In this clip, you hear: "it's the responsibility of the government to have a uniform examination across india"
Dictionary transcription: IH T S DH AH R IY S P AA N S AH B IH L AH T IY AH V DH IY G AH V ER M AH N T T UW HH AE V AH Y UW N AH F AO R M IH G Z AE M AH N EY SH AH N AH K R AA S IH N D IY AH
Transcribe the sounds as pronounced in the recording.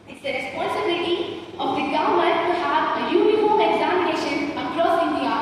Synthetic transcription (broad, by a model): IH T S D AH R IY S P AA N S AH B IH L AH T IY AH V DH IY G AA UH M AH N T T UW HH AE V AH Y UW N AH F AO R M IH G Z AE M AH N EY SH AH N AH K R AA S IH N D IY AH